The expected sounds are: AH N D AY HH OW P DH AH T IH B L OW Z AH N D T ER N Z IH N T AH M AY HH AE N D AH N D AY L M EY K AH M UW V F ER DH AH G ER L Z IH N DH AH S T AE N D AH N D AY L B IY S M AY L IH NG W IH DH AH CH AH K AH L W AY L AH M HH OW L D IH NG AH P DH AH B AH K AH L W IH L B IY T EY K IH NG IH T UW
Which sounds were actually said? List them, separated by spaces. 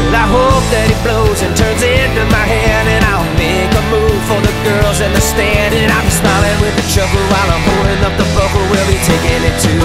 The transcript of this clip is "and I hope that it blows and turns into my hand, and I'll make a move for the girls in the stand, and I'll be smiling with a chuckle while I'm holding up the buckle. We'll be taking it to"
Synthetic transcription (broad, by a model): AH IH HH OW P DH AH T IH B L OW Z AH N T ER N Z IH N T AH M AY HH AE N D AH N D AY L M EY K AH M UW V F ER DH AH G ER L Z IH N DH AH S T AE N D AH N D AY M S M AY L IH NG W IH DH AH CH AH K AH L W AY L AH M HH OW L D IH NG AH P DH AH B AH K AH W IH L B IY T EY K IH NG IH T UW